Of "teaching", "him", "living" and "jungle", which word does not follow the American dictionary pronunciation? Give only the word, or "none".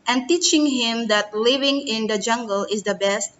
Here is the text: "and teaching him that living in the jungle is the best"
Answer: none